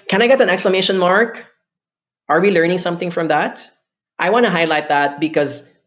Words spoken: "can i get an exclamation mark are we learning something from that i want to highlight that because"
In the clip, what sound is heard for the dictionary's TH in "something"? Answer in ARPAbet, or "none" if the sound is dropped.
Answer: TH